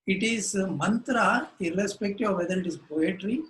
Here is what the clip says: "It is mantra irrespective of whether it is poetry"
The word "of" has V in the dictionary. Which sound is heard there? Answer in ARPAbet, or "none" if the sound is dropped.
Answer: V